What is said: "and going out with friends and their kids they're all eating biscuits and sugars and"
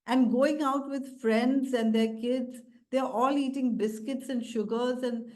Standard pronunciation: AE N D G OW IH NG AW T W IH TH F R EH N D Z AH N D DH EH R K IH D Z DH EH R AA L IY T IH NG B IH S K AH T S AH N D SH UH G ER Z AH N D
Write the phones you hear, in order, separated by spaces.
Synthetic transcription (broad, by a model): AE N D G OW IH NG AW T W IH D F R EH N D Z AH N D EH R K IH D Z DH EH R AA L IY T IH NG B IH S K AH T S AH N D SH UH G ER Z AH N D